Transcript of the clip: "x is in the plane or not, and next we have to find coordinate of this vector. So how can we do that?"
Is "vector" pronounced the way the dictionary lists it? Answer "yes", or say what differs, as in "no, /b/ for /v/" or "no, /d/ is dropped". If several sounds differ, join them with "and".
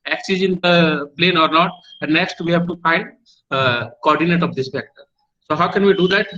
no, /f/ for /v/